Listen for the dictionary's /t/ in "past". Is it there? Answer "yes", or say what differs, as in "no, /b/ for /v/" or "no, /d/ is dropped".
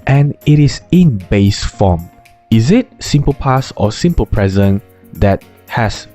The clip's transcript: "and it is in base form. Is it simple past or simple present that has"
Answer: no, /t/ is dropped